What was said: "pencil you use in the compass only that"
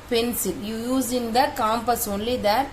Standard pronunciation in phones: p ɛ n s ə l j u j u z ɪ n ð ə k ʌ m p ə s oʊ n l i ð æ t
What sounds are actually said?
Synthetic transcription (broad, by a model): p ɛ n s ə l j u j u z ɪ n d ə k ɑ m p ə s oʊ n l i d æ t